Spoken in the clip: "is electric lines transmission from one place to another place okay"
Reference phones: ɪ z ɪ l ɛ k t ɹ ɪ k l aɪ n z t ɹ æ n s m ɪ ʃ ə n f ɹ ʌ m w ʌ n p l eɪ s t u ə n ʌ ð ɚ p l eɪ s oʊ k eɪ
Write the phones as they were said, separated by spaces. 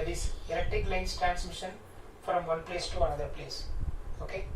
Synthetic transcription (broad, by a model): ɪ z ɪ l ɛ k t ɪ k l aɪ n s t ɹ æ n s m ɪ ʃ ə n f ɹ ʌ m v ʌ n p l eɪ s t u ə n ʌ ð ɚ p l eɪ s oʊ k eɪ